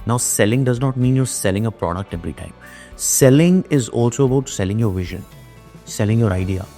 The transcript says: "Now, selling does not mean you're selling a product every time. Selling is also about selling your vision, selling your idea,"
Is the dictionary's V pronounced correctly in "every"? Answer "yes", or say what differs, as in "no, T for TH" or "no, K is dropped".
no, P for V